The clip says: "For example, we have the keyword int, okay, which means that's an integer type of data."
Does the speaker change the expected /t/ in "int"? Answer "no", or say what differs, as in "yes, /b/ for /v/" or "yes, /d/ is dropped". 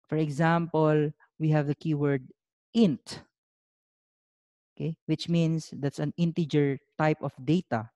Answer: no